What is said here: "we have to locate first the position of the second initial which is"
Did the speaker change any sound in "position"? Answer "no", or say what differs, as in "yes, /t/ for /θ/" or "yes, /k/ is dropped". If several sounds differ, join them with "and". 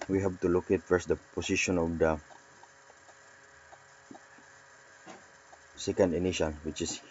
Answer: yes, /s/ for /z/